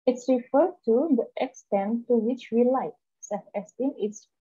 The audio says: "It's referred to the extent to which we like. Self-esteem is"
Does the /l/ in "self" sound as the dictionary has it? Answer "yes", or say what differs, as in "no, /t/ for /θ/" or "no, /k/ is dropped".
no, /l/ is dropped